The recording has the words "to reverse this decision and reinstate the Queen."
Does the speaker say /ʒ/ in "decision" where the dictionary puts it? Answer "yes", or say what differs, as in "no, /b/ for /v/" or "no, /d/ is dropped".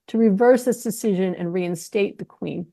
yes